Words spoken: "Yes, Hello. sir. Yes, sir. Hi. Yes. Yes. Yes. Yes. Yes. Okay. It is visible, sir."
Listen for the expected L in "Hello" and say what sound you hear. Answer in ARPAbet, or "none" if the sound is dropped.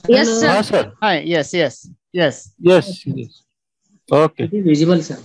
none